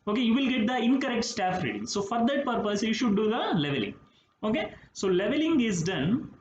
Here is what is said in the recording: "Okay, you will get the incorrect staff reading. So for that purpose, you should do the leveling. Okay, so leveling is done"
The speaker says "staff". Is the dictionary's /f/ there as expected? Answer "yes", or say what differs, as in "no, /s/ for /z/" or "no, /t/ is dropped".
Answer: yes